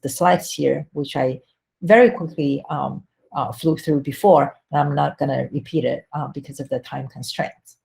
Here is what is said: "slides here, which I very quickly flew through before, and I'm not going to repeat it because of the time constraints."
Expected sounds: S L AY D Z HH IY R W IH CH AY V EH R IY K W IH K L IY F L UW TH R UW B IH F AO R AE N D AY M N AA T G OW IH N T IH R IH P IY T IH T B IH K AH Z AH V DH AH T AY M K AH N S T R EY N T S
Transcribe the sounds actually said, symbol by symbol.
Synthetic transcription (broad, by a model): S L AY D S HH IY R W IH CH AY V EH R IY K W IH K L IY F L UW TH R UW B IH F AO R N AY M N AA T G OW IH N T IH R IH P IY T IH T B IH K AH Z AH V DH AH T AY M K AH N S T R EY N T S